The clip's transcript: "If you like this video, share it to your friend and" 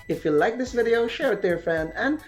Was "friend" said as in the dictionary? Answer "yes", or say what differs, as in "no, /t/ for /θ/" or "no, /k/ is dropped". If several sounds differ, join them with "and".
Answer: no, /ɹ/ is dropped and /d/ is dropped